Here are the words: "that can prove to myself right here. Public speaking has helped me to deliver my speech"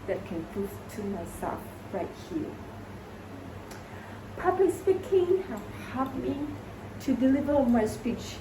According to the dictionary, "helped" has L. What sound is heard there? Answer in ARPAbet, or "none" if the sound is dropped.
none